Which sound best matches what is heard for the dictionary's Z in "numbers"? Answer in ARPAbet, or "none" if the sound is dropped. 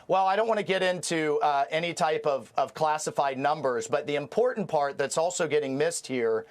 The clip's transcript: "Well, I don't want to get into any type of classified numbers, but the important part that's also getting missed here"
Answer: Z